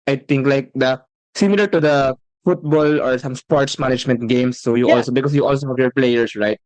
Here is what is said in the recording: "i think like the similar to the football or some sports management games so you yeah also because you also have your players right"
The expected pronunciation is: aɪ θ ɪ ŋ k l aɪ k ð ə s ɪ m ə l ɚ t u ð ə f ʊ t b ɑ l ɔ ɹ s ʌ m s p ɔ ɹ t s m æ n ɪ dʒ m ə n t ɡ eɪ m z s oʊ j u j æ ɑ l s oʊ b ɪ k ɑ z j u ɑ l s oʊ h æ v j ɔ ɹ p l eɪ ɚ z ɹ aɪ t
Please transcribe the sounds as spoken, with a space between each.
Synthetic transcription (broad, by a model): aɪ t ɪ ŋ k l aɪ k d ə s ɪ m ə l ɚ t u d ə f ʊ t b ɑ l ɔ ɹ s ʌ m s p ɔ ɹ t s m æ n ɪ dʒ m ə n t ɡ eɪ m s oʊ j u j ɑ l s oʊ b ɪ k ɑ s j u ɑ l s oʊ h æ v j ɔ ɹ p l eɪ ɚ s ɹ aɪ t